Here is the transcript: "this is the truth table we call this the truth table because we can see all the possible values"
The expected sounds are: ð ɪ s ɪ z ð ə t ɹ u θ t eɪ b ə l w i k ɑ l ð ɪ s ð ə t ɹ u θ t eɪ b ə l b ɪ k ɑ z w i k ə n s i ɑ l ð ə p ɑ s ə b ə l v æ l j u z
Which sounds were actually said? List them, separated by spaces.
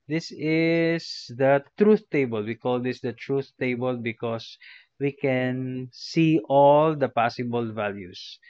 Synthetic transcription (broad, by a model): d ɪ s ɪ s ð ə t ɹ u θ t eɪ b ə l w i k ɑ l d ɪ s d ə t ɹ u θ t eɪ b ə l b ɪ k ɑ s w i k ə n s i ɑ l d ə p ɑ s ə b ə l v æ l j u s